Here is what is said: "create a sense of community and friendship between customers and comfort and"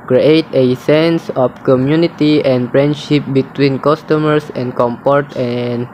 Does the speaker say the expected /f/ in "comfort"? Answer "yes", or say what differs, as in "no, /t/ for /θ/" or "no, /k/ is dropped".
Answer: no, /p/ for /f/